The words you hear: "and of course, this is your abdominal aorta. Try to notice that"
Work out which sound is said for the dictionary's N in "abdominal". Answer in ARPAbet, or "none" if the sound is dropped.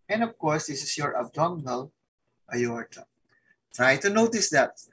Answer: L